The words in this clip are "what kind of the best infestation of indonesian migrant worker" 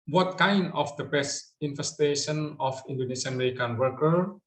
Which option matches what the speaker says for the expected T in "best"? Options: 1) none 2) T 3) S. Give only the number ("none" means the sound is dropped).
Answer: 1